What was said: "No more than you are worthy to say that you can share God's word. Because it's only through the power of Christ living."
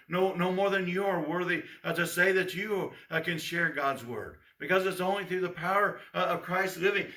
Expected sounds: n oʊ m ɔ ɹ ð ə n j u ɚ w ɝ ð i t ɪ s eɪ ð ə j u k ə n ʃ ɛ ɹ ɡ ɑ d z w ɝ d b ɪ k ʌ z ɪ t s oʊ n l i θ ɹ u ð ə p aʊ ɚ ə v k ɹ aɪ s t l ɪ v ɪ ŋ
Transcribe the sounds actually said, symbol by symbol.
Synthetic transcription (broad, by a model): n oʊ m ɔ ɹ ð ə n j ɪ ɚ w ɝ ð i t ɪ s eɪ ð ə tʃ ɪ k ə n ʃ ɛ ɹ ɡ ɑ d z w ɝ d b ɪ k ʌ z ɪ t s oʊ n l i θ ɹ u ð ə p aʊ ɚ ə v k ɹ aɪ s t l ɪ v ɪ ŋ